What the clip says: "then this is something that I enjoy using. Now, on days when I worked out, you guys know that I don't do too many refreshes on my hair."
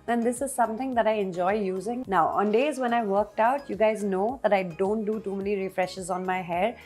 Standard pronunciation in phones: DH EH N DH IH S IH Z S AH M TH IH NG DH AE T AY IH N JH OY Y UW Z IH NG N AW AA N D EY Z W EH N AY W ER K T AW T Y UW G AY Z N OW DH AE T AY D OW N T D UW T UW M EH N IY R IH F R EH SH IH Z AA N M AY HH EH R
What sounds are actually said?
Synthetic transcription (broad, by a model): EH N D IH S IH Z S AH M T IH NG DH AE T AY IH N JH OY Y UW Z IH NG N AW AA N D EY Z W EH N AY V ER K T AW T Y UW G AY Z N OW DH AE T AY D OW N T D UW T UW M EH N IY R IH F R EH SH IH Z AA N M AY HH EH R